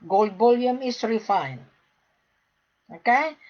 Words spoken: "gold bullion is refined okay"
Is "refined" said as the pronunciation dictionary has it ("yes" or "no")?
no